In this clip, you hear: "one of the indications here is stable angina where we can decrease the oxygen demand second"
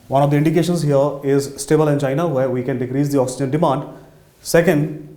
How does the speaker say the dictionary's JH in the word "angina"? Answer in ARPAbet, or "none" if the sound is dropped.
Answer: CH